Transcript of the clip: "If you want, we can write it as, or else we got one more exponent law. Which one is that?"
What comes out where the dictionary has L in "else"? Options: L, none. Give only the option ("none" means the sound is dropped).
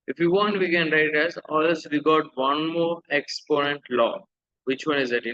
none